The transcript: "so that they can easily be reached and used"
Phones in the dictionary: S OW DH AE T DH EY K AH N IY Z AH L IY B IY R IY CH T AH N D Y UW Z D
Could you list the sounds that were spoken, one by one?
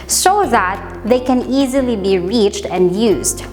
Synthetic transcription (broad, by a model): S OW DH AE T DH EY K AH N IY Z AH L IY B IY R IY CH T AH N D Y UW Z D